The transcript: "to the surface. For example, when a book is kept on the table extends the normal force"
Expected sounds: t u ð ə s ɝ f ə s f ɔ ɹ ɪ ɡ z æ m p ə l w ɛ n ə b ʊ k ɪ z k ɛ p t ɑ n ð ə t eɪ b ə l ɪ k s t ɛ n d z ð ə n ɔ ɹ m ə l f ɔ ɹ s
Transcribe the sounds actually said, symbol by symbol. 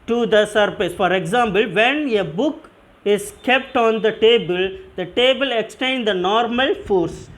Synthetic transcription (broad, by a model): t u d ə s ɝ p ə s f ɔ ɹ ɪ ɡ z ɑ m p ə l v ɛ n ə b ʊ k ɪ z k ɛ p t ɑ n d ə t eɪ b ə l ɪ k s t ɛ n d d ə n ɔ ɹ m ə l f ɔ ɹ s